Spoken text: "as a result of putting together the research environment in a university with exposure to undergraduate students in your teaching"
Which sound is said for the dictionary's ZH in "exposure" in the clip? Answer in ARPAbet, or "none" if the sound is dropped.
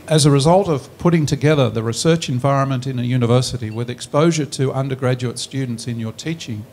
ZH